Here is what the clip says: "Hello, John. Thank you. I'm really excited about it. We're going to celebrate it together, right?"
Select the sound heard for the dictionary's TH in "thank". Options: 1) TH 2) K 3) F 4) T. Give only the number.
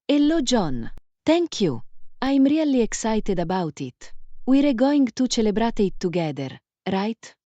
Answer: 4